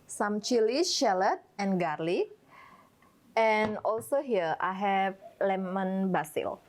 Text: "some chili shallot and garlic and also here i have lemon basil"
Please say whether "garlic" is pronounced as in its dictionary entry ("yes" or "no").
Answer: no